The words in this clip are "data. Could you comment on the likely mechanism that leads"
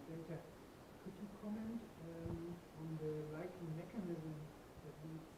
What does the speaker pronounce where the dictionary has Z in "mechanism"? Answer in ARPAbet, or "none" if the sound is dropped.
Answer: Z